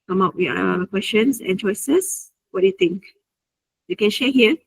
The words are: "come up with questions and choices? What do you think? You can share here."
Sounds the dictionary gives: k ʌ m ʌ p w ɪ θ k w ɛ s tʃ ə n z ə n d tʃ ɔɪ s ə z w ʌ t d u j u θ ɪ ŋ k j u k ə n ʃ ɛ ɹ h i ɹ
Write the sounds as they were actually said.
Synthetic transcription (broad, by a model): k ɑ m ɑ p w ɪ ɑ k w ɛ s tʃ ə n s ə n tʃ ɔɪ s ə s w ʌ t d u j u t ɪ ŋ k j u k ə n ʃ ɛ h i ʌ